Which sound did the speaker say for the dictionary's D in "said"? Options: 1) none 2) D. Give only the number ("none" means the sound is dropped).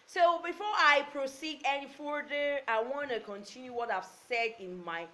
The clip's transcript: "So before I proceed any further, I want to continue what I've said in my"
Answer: 2